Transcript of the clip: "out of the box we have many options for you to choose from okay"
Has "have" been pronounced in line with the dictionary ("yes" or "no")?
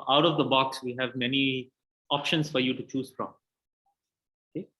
yes